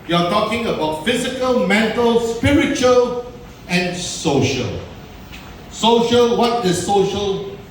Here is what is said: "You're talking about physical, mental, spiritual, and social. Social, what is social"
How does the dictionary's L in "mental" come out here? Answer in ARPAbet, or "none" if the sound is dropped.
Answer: L